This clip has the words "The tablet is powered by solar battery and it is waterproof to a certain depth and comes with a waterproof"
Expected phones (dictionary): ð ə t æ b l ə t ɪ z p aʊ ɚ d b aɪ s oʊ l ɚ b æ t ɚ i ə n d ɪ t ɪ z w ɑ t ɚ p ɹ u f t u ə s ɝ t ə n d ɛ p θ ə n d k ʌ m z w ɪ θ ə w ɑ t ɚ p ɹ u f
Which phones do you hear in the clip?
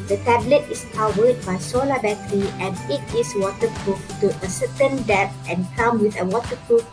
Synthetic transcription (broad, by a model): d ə t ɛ b l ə t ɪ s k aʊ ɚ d b aɪ s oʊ l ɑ b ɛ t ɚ i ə n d ɪ t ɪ s w ɑ t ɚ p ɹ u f t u ə s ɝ t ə n d ɛ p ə n k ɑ m w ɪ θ ə w ɑ t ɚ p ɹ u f